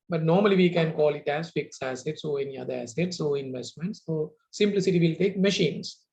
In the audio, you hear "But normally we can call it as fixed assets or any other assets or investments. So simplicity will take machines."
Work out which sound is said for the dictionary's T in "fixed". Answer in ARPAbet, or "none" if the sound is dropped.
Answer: none